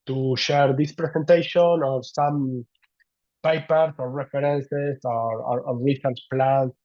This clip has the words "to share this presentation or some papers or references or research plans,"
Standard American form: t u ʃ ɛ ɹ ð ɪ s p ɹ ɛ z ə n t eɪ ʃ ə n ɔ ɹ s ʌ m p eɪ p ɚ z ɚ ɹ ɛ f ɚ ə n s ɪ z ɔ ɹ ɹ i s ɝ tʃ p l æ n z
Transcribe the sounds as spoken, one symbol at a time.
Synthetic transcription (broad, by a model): t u ʃ ɛ ɹ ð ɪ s p ɹ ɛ s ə n t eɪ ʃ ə n ɔ ɹ s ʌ m p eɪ p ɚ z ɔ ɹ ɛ f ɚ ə n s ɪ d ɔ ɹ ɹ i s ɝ s p l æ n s